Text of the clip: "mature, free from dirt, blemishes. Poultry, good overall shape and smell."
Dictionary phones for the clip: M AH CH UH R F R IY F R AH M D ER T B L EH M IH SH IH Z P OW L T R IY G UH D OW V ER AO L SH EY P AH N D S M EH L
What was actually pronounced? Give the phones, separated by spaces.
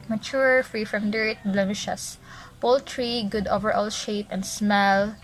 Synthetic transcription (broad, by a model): M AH CH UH R F R IY F R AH M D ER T B L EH M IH SH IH S P OW L T R IY G UH D OW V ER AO L SH EY P AH N D S M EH L